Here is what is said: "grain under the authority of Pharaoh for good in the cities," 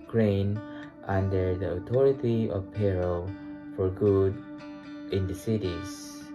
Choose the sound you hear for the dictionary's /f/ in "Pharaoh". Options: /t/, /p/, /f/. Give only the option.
/p/